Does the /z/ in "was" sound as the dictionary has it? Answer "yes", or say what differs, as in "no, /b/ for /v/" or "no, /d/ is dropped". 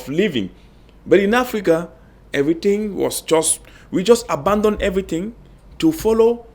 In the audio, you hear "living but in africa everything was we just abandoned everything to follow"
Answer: no, /s/ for /z/